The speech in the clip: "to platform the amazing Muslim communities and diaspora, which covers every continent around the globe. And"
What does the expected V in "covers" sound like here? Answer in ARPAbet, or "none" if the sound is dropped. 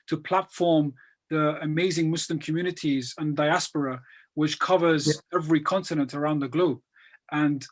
V